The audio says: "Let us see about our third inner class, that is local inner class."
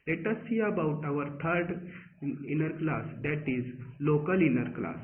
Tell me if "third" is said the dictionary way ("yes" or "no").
no